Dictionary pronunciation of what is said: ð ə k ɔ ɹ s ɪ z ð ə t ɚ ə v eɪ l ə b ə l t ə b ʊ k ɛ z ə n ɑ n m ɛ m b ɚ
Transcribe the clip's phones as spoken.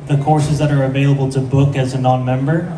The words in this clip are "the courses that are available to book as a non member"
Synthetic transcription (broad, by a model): ð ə k ɔ ɹ s ɪ z ð ə t ɚ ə v eɪ l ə b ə l t ə b ʊ k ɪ z ə n ɑ n m ɛ m b ɚ